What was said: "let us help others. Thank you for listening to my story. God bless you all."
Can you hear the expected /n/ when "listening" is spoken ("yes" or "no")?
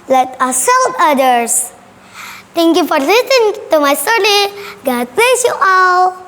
no